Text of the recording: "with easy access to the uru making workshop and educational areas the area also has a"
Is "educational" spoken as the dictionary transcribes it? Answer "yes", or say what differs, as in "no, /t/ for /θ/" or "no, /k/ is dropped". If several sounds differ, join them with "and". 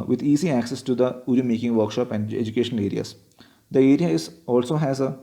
yes